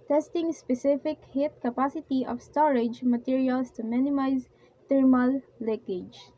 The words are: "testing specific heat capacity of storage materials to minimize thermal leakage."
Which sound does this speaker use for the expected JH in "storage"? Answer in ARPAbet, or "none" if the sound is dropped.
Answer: JH